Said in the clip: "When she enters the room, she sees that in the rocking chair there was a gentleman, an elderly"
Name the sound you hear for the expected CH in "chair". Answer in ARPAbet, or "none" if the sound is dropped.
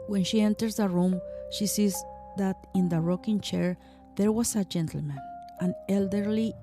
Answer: CH